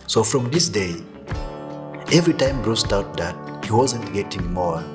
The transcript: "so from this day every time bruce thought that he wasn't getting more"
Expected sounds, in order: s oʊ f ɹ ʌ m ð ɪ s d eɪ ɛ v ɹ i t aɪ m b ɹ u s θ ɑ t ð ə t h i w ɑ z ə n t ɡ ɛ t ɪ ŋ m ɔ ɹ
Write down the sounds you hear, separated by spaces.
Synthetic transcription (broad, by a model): s oʊ f ɹ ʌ m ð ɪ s d eɪ ɛ v ɹ i t aɪ m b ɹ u s t ɑ t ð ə t h i w ɑ z ə n t ɡ ɛ t ɪ ŋ m ɔ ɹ